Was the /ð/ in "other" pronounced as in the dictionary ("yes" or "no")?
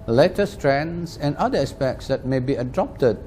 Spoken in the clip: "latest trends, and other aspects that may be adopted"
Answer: no